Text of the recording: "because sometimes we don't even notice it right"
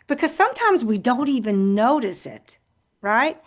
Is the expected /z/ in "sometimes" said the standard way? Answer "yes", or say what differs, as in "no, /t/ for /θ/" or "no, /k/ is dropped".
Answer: yes